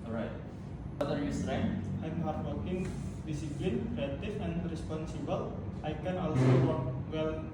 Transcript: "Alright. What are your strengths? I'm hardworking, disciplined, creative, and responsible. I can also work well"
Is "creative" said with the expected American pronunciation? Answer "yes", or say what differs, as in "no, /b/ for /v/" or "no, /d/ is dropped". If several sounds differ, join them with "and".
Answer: no, /f/ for /v/